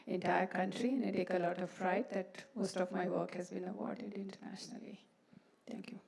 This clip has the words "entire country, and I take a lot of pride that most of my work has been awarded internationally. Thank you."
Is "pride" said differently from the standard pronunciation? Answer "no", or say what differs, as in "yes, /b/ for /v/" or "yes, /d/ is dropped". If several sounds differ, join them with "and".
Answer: yes, /f/ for /p/